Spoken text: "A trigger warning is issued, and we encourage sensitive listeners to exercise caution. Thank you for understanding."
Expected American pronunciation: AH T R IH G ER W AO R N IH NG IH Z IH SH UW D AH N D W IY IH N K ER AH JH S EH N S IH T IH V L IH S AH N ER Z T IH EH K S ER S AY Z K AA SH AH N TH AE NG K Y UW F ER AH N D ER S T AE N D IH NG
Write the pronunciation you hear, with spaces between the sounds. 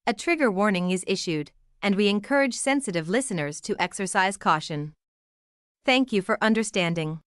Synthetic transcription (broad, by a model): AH T R IH G ER W AO R N IH NG IH Z IH SH UW D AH N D W IY IH N K ER AH JH S EH N S IH T IH V L IH S AH N ER Z T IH EH K S ER S AY Z K AA SH AH N TH AE NG K Y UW F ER AH N D ER S T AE N D IH NG